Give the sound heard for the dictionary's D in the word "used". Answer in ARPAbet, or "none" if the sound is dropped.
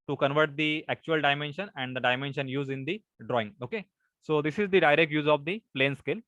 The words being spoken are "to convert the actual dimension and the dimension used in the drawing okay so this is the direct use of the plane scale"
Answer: none